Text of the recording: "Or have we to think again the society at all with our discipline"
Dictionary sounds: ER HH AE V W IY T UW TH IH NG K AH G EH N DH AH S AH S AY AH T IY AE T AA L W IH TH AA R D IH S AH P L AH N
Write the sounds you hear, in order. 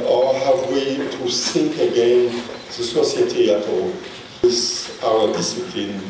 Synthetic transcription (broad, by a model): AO HH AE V W IY T UW S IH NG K AH G EH N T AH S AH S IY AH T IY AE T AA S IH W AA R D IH S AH P L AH N